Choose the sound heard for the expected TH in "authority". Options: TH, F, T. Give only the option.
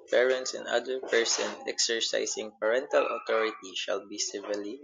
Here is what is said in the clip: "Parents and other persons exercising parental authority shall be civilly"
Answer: T